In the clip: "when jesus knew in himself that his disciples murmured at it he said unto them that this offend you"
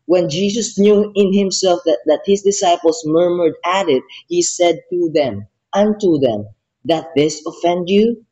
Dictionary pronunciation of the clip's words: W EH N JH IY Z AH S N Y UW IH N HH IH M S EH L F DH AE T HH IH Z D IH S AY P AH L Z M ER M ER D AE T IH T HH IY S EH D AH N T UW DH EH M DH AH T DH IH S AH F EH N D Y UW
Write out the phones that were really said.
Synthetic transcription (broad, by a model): W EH N JH IY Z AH S N Y UW IH N HH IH M S EH L F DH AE T HH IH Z D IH S AY P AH L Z M ER M ER D AE T IH T HH IY S EH D AH N T UW DH EH M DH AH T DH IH S AH F EH N D Y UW